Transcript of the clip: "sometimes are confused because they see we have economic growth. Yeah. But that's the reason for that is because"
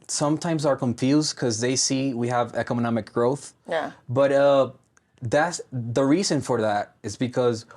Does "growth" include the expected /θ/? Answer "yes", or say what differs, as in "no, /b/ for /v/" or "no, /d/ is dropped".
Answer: yes